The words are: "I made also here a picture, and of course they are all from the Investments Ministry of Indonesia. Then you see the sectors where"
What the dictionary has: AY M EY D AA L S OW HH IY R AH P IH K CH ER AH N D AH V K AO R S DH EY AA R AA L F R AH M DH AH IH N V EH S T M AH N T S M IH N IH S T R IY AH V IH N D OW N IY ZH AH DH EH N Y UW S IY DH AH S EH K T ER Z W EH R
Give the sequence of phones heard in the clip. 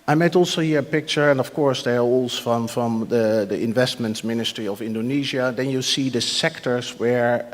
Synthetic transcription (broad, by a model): AY M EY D AA L S OW HH IY R AH P IH K CH ER AH N D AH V K AO R S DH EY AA R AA N F R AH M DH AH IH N V EH S T M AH N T S M IH N IH S T R IY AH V IH N D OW N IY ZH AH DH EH N Y UW S IY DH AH S EH K T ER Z W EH R